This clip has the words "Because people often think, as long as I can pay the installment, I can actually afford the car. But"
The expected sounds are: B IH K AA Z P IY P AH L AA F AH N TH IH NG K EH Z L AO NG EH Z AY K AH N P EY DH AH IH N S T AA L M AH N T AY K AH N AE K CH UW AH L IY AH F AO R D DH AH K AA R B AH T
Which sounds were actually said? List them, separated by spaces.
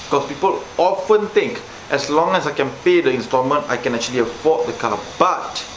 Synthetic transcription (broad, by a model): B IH K AA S P IY P AH L AA F AH N T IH NG K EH S L AO NG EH S AY K AH N P EY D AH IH N S T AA M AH N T AY K AH N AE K CH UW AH L IY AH F AO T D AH K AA L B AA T